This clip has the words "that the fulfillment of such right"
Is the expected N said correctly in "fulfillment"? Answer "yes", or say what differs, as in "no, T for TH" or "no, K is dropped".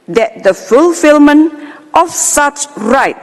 yes